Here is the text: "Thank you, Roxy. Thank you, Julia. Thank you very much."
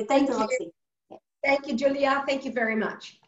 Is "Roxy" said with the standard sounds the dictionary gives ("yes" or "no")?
no